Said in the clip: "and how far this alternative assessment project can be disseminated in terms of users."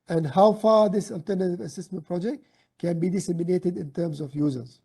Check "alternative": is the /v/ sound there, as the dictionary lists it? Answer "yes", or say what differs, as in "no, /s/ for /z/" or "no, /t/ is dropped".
yes